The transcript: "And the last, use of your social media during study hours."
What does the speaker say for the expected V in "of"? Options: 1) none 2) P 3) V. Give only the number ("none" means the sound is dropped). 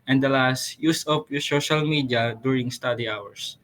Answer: 2